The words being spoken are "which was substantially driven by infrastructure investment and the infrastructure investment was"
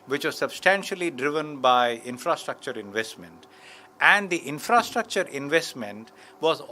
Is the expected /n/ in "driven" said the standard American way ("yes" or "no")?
yes